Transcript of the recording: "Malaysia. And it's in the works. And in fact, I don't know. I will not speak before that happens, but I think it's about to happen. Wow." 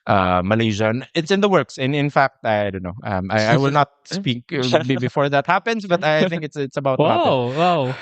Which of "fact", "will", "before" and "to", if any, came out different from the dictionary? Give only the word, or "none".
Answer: to